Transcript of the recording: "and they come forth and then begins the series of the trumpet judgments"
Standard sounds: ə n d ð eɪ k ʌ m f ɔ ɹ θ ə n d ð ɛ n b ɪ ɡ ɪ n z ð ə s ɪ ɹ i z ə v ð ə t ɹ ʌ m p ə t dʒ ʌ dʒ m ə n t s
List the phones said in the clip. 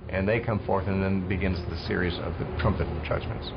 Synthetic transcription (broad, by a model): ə n ð eɪ k ʌ m f ɔ ɹ θ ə n ð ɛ n b ɪ ɡ ɪ n z ð ə s ɪ ɹ i z ə v ð ə t ɹ ʌ m p ə t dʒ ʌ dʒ m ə n t s